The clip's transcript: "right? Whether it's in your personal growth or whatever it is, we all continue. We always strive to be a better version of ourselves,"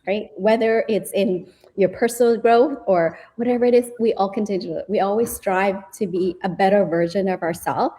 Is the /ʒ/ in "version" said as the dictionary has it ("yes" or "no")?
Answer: yes